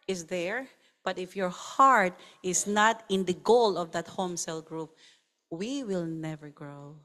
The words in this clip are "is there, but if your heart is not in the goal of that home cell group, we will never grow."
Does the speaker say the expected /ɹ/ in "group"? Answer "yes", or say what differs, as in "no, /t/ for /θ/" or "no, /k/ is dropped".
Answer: yes